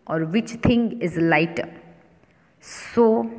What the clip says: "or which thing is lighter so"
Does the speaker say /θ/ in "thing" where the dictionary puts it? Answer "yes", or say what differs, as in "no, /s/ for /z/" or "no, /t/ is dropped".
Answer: no, /t/ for /θ/